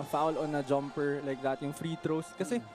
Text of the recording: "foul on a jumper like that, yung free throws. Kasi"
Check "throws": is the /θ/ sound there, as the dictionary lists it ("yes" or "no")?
no